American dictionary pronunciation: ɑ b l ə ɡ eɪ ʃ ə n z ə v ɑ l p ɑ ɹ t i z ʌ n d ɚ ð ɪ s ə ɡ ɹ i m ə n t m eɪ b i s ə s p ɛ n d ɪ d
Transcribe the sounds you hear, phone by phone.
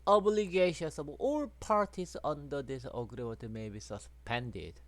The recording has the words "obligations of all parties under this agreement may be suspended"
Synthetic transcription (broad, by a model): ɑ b l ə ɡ eɪ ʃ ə n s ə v ɑ l p ɑ ɹ t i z ʌ n d ɚ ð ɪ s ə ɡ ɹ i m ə t m eɪ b i s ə s p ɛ n d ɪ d